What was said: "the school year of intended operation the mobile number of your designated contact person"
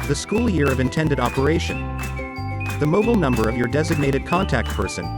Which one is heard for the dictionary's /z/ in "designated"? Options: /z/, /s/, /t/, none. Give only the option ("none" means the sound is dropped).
/z/